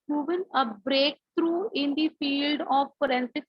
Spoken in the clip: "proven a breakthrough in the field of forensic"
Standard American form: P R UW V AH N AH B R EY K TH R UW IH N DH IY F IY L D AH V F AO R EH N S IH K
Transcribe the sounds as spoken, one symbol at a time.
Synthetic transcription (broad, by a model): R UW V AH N AH B R EY K T R UW IH N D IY F IY L D AH V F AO R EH N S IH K